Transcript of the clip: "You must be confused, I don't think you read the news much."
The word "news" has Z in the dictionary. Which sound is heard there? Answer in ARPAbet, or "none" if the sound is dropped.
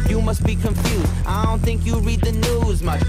Z